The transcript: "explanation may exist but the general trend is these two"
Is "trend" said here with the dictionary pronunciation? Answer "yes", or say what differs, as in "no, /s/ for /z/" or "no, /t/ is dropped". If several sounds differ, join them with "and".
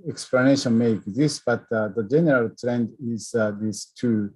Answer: yes